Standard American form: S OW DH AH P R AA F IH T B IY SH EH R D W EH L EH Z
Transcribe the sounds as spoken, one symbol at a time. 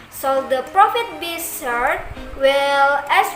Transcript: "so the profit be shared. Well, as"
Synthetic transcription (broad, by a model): S OW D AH P R AA F IH T B IY S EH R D W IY L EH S